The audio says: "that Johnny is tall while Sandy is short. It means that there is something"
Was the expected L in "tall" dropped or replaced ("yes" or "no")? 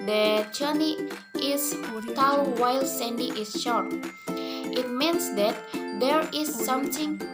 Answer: yes